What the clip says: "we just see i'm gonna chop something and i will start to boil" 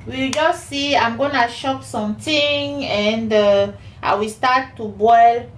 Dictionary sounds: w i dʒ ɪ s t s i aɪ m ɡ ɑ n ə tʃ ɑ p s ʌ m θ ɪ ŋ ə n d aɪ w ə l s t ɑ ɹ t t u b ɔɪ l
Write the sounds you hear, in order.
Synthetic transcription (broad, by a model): w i dʒ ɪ s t s i aɪ m ɡ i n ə ʃ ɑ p s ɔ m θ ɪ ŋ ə n d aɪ w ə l s t ɑ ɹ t t u b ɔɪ l